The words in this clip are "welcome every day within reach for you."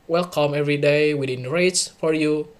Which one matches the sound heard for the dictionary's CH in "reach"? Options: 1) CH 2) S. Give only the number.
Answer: 2